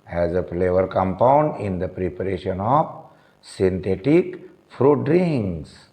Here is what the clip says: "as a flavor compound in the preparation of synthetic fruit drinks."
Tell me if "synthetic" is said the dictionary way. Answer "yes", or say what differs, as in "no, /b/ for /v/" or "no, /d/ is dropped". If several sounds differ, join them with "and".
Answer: no, /t/ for /θ/